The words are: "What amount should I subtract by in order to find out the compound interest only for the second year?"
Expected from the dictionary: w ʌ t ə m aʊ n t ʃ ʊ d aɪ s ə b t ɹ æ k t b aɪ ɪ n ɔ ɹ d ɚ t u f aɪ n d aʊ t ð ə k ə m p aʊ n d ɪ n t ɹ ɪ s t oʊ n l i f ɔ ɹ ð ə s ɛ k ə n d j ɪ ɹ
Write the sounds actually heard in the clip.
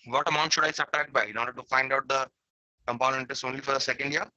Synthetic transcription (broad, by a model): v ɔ t ə m aʊ n t ʃ ʊ d aɪ s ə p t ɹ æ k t b aɪ ɪ n ɔ ɹ d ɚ t u f aɪ n d aʊ t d ə k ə m p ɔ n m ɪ n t ɪ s oʊ n l i f ɔ ɹ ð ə s ɛ k ə n d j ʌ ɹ